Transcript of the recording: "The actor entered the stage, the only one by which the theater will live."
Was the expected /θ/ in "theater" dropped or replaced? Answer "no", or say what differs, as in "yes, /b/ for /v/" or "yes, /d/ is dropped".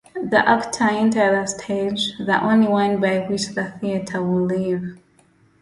no